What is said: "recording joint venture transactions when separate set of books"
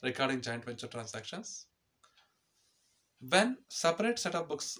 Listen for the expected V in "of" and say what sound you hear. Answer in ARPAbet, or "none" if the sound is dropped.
P